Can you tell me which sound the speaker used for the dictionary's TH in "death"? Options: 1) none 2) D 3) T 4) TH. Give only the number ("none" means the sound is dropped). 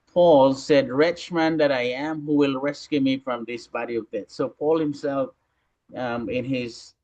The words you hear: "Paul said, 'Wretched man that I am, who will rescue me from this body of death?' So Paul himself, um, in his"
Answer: 3